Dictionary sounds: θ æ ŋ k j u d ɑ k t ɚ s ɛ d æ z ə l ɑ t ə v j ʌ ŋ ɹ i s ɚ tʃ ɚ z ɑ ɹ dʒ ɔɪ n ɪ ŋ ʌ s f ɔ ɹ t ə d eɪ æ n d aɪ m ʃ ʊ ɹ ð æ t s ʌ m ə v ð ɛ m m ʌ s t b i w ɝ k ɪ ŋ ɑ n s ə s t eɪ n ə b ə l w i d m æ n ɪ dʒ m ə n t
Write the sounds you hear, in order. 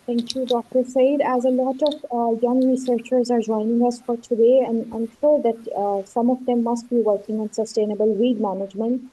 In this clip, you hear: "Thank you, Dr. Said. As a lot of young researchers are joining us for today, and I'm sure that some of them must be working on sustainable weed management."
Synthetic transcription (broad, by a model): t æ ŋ k j u d ɑ k t ɚ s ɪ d æ z ə l ɑ t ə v j ʌ ŋ ɹ i s ɚ tʃ ɚ z ɑ ɹ dʒ ɔɪ n ɪ ŋ ʌ s f ɔ ɹ t ə d eɪ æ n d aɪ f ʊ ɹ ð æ t s ʌ m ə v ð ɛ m m ʌ s t b i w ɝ k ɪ ŋ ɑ n s ə s t eɪ n ə b ə l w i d m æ n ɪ dʒ m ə n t